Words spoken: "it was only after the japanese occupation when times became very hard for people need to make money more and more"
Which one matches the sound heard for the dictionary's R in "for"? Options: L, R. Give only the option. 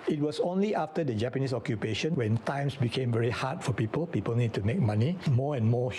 L